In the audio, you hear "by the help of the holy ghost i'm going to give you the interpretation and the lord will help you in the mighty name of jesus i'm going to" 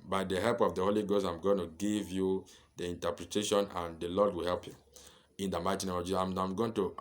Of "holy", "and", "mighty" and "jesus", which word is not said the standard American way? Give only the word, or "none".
jesus